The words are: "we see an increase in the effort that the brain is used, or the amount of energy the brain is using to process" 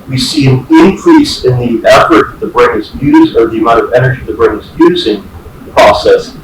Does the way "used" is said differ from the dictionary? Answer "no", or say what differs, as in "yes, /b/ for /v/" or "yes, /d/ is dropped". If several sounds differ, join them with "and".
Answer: yes, /d/ is dropped